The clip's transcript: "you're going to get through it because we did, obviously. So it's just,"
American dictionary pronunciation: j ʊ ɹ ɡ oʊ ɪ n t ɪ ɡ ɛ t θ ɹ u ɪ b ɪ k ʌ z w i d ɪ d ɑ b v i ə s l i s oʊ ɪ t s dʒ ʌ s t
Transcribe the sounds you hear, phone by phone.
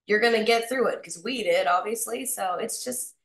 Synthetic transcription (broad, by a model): j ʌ ɹ ɡ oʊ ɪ n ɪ ɡ ɛ t θ ɹ u ɪ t k ʌ z w i d ɪ d ɑ b v i ə s l i s oʊ ɪ t s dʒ ʌ s t